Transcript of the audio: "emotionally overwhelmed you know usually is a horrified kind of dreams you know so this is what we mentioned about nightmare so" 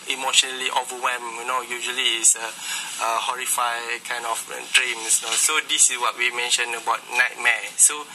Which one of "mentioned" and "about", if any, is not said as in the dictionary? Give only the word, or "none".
mentioned